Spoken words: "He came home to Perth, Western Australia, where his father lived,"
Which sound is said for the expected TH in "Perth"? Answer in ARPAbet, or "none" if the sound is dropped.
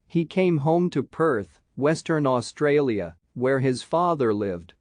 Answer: TH